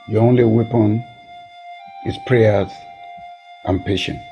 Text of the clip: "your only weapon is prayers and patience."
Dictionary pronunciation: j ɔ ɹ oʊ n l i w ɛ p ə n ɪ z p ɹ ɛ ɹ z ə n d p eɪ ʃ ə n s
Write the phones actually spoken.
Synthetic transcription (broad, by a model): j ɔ oʊ n l i w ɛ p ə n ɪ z p ɹ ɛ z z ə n p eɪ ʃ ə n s